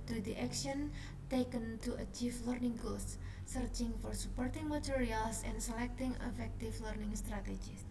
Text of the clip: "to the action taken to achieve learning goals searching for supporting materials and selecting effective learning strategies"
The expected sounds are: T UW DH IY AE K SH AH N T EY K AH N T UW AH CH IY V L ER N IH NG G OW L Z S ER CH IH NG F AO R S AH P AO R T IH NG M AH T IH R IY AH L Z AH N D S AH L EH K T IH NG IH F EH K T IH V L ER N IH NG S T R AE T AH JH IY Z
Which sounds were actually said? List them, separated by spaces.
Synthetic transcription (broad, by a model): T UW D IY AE K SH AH N T EY K AH N T UW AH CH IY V L ER N IH NG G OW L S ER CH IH NG F AO R S AH P AO R T IH NG M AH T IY R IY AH L S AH N S AH L EH K T IH NG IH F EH K T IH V L ER N IH NG S T R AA T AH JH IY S